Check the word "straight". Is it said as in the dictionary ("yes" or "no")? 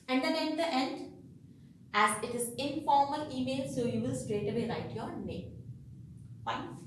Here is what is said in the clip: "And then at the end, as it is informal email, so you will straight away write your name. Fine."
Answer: yes